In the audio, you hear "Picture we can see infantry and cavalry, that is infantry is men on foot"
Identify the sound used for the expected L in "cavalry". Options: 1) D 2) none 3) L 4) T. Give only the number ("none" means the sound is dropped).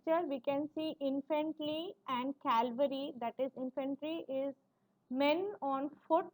2